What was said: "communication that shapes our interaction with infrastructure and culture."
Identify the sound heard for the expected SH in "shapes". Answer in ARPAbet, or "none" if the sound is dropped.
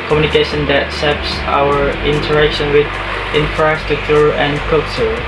S